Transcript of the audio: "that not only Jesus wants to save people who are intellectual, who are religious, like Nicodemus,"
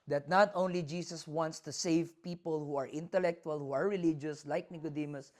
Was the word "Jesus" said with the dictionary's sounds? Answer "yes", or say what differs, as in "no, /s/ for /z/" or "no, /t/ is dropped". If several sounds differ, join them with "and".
no, /s/ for /z/